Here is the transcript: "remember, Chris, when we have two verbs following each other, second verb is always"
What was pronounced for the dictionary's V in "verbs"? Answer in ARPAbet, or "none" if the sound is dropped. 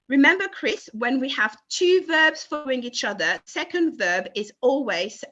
V